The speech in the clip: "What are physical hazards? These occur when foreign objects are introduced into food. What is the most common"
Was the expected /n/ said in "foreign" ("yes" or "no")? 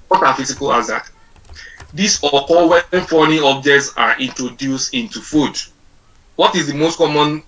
no